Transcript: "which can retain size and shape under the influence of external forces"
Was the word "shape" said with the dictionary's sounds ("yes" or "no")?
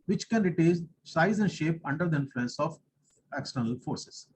yes